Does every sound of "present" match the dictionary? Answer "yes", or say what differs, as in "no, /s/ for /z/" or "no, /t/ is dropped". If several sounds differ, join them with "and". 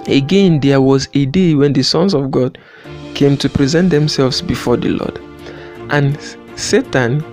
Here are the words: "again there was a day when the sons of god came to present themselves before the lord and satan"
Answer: yes